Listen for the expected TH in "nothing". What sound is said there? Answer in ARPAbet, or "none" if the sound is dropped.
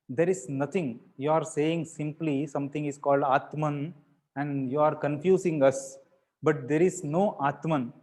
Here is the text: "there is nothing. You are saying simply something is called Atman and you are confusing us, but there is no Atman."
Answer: T